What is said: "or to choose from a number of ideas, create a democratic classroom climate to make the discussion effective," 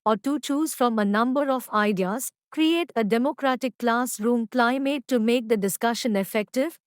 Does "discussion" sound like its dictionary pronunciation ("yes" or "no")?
yes